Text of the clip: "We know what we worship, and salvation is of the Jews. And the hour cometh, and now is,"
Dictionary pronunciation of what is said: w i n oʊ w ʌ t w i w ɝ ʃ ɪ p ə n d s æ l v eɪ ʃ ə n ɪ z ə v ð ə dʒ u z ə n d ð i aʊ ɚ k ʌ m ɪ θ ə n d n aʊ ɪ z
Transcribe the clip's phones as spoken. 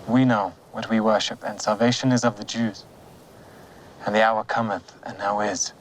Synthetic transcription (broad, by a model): w i n oʊ w ʌ t w i w ɝ ʃ ɪ p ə n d s æ l v eɪ ʃ ə n ɪ z ə v ð ə dʒ u z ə n ð i aʊ ɚ k ʌ m ɪ θ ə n n aʊ ɪ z